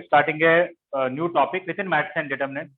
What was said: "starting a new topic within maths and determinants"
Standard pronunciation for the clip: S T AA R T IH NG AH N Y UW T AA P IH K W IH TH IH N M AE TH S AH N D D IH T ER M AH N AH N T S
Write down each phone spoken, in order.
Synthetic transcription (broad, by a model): S T AA R T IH NG AH N Y UW T AA P IH K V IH T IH N M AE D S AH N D D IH T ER M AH N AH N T